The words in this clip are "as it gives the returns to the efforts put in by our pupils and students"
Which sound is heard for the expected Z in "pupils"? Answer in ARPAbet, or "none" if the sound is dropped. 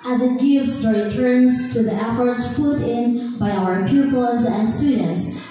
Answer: Z